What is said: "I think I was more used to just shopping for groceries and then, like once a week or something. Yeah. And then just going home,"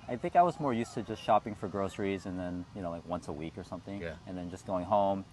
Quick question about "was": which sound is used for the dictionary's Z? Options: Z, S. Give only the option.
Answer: Z